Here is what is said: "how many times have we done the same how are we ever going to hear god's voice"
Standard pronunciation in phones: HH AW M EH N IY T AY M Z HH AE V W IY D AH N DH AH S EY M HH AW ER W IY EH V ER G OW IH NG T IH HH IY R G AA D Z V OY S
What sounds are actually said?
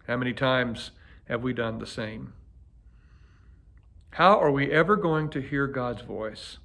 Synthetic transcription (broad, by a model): HH AW M EH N IY T AY M Z HH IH V W IY D AH N DH AH S EY M HH AW ER W IY EH V ER G OW IH NG T IH HH IY R G AA D Z V OY S